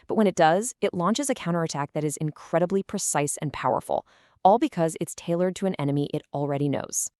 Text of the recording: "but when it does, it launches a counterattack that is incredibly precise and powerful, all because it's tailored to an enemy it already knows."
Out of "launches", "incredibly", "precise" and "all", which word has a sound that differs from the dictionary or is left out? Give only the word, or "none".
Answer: none